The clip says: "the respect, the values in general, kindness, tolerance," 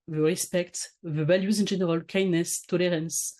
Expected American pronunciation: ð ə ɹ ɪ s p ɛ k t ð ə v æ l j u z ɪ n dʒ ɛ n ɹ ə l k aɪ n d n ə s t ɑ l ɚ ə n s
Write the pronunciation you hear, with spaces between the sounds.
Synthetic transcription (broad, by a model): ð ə ɹ ɪ s p ɛ k t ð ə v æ l j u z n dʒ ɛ n ɹ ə l k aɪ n n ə s t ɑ l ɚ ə n s